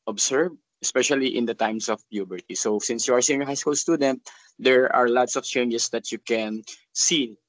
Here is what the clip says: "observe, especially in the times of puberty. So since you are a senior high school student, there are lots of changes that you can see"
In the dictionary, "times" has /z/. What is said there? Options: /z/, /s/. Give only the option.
/s/